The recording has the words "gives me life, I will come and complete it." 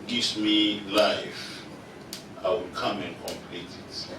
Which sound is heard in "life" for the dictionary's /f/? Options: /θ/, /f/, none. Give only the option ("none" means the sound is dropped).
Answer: /f/